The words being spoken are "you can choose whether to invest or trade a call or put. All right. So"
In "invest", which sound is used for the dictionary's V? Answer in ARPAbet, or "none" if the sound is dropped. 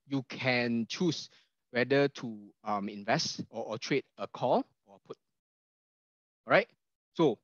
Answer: V